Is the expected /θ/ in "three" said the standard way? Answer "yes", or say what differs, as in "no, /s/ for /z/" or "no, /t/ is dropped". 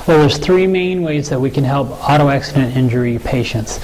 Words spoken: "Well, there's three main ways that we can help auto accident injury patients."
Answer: yes